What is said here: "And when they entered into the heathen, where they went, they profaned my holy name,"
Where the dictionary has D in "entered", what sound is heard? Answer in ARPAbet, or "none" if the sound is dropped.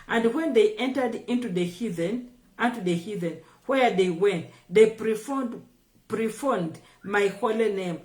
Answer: D